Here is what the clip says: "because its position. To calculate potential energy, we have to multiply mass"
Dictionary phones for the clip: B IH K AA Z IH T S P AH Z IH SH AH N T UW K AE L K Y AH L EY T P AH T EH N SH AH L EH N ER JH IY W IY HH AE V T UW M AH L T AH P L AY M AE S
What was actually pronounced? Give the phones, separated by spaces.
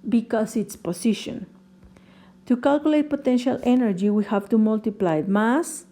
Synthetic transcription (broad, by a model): B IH K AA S IH T S P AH S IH SH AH N T UW K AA L K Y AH L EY T P AH T EH N SH AH L EH N ER JH IY W IY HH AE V T UW M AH L T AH P L AY M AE S